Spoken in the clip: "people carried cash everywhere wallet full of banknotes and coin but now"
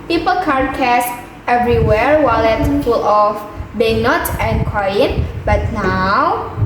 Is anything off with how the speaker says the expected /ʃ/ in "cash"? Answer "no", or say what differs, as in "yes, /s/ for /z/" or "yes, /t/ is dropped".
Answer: yes, /s/ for /ʃ/